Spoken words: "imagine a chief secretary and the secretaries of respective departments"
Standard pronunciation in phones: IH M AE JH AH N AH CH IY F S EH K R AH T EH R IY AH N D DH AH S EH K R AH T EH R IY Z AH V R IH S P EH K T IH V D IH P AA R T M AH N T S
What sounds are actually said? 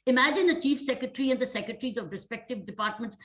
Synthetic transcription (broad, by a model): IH M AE JH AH N AH CH IY F S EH K R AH T R IY AH N D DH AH S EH K R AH T R IY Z AH V R IH S P EH K T IH V D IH P AA R T M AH N T S